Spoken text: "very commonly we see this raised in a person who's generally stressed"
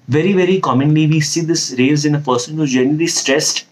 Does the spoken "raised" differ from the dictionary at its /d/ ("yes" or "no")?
yes